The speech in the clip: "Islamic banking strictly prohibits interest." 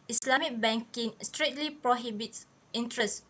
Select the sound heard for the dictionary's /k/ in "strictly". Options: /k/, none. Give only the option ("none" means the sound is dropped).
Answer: none